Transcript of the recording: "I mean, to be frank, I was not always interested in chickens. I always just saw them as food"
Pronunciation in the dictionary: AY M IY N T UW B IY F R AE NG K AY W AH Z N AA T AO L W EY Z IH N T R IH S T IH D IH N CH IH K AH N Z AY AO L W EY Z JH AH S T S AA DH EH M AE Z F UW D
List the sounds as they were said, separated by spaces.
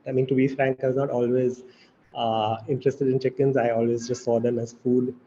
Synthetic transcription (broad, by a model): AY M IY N T UW B IY F R AE NG K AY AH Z N AA T AO L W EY Z IH N T R IH S T IH D IH N CH IH K AH N Z AY AO L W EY Z JH AH S T S AA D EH M AE Z F UW D